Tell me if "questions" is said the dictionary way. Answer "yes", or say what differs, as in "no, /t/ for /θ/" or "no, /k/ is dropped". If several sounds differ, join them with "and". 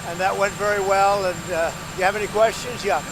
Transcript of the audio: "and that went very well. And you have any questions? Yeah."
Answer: yes